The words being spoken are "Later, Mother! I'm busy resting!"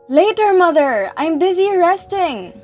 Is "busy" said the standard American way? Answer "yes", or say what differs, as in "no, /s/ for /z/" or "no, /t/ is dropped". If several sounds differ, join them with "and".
yes